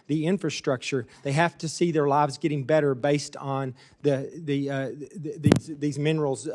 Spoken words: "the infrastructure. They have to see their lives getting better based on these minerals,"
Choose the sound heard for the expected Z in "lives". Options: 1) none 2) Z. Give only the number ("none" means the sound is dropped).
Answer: 2